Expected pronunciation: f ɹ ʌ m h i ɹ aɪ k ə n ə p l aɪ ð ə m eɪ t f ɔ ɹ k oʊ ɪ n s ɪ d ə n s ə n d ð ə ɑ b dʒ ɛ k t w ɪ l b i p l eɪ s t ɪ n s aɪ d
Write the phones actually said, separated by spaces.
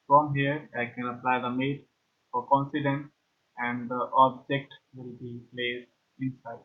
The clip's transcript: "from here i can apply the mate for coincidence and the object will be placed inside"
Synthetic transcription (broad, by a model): f ɹ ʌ m h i ɹ aɪ k ə n ə p l aɪ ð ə m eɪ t f ɔ ɹ k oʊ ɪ n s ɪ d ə n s ə n d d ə ɑ b dʒ ɛ k t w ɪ l b i p l eɪ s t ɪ n s aɪ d